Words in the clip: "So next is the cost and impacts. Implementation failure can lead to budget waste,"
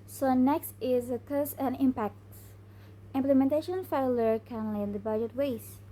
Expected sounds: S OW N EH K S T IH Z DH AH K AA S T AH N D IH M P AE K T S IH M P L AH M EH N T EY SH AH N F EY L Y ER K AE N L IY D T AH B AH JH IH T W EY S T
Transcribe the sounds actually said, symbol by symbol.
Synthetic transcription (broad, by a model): S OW N EH K S T IH Z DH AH K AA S AH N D IH M P AE K T S IH M P L AH M EH N T EY SH AH N F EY L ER K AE N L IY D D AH B AH JH IH T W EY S